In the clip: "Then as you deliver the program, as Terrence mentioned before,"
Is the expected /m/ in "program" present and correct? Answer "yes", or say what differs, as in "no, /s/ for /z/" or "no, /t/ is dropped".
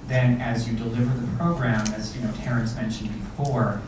yes